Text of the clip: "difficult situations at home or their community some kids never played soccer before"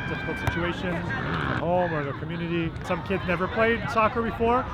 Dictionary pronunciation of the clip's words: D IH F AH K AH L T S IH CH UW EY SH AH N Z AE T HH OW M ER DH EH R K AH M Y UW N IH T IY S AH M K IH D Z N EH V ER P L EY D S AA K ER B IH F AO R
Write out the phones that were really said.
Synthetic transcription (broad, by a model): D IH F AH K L T S IH CH UW EY SH AH N Z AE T HH OW M ER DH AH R K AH M Y UW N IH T IY S AH M K IH D Z N EH V ER P L EY D S AA K ER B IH F AO R